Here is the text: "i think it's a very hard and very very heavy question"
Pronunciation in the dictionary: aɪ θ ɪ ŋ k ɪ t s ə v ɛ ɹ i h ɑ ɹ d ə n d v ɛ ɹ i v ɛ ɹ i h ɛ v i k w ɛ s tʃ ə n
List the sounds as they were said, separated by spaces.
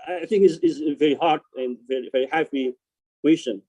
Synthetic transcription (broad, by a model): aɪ θ ɪ ŋ k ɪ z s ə v ɛ ɹ i h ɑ ɹ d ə n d v ɛ ɹ i v ɛ ɹ i h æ p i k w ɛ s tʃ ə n